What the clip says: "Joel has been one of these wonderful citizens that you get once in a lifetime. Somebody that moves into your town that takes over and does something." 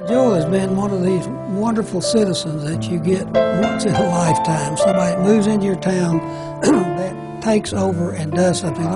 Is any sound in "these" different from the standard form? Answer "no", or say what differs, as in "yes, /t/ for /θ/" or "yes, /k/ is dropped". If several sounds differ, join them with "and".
no